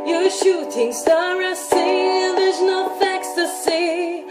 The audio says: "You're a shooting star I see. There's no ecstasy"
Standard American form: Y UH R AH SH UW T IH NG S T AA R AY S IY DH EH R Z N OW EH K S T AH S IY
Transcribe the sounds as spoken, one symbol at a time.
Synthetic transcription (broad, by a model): Y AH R SH UW T IH NG S T AA R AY S IY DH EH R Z N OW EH K S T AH S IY